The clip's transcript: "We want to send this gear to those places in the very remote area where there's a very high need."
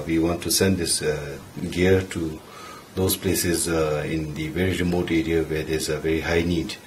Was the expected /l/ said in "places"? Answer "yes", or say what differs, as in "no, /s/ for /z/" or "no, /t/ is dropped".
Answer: yes